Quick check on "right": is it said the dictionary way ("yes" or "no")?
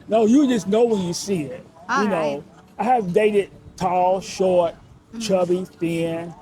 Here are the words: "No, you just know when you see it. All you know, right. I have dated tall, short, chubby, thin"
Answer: no